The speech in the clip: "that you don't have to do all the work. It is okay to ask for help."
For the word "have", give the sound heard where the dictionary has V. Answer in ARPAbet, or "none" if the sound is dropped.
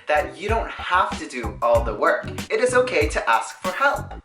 F